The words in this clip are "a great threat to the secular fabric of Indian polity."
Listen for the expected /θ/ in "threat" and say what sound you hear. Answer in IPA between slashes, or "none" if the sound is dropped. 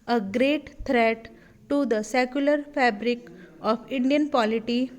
/t/